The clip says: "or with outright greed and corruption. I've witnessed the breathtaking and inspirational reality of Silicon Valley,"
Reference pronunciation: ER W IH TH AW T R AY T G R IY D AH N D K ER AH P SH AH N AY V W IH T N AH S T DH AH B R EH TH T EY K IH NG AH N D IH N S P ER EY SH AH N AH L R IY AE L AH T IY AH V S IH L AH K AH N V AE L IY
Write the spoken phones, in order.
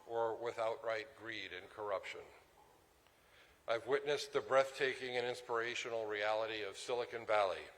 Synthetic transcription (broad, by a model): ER W IH TH AW T R AY T G R IY D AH N K ER AH P SH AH N AY V W IH T N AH S DH AH B R EH TH T EY K IH NG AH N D IH N S P ER EY SH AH N L R IY AE L AH T IY AH V S IH L AH K AH N V AE L IY